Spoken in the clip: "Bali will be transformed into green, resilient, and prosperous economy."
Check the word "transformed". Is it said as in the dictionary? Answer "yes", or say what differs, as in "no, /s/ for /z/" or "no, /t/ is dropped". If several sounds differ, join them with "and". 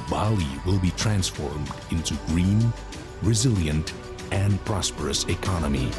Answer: yes